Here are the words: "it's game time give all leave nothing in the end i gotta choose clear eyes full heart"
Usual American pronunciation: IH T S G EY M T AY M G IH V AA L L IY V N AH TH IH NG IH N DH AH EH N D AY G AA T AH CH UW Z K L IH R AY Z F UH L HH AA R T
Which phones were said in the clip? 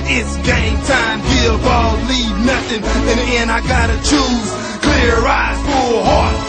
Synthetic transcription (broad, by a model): IH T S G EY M T AY M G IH B AA L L IY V N AH TH IH NG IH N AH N AY G AA T AH CH UW Z K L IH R AY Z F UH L HH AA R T